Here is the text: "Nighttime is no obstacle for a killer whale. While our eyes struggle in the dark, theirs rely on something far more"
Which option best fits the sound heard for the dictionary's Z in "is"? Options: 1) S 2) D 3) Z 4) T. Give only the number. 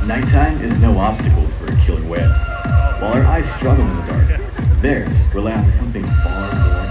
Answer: 3